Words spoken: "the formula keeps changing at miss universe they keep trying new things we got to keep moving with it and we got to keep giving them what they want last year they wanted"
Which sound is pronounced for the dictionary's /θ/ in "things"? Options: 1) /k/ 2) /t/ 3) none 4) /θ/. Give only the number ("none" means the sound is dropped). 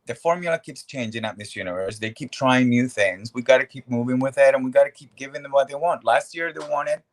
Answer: 4